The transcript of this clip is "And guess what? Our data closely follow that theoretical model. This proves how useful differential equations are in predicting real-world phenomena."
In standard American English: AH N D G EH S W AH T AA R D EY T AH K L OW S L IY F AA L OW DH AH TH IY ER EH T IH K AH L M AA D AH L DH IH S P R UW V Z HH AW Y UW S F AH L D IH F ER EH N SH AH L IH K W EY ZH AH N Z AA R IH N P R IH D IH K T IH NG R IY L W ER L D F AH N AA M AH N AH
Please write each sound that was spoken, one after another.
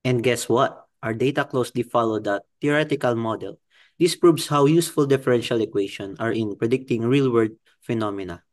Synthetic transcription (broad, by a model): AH N D G EH S W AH T AA R D EY T AH K L OW S L IY F AA L OW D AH T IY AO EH T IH K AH L M AA D AH L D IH S P R UW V S HH AW Y UW S F AH L D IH F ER EH N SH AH L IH K W EY SH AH N AA R IH N P R IH D IH K T IH NG R IY L W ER D F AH N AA M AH N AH